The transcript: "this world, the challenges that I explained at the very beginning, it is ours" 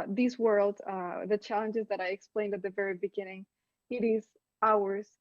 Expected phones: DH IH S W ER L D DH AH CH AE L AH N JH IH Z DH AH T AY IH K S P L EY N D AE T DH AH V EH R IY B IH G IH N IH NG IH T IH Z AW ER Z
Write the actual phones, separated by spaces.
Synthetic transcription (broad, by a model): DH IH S W ER L D DH AH CH AE L AH N JH IH Z DH AH T AY IH K S P L EY N D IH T DH AH V EH R IY B IH G IH N IH NG IH T IH Z AW ER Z